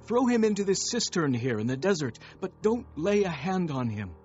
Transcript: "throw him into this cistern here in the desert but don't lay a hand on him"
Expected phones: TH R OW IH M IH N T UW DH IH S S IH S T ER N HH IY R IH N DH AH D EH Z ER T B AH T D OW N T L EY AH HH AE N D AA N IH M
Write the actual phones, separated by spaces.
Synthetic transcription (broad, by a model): TH R OW IH M IH N T UW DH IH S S IH S T ER N HH IY R IH N DH AH D EH Z ER T B AH T D OW N T L EY AH HH AE N D N IH M